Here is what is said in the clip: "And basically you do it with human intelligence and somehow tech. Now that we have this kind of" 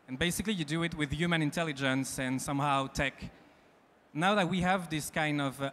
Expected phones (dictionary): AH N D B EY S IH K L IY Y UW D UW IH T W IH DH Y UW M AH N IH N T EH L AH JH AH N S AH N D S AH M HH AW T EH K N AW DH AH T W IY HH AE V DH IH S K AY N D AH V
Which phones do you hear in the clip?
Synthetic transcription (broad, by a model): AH N B EY S IH K L IY Y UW D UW IH T W IH DH Y UW M AH N IH N T EH L AH JH AH N S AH N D S AH M HH AW T EH K N AW DH AH T W IY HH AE V DH IH S K AY N D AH V